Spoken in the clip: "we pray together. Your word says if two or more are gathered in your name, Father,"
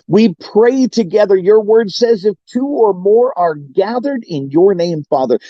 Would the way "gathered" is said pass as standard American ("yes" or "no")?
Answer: yes